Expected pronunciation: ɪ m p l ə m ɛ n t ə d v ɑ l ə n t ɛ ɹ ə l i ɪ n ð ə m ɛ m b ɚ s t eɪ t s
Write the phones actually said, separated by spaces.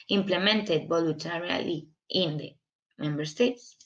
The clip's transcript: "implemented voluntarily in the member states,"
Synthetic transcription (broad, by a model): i m p l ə m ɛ n t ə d b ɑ l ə n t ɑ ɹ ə l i ɪ n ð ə m ɛ m b ɚ s t eɪ t s